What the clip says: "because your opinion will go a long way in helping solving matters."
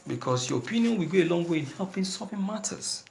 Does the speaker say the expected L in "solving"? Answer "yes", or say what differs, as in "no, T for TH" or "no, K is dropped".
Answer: no, L is dropped